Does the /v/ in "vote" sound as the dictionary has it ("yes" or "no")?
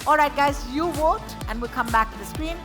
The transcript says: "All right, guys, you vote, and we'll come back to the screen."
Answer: no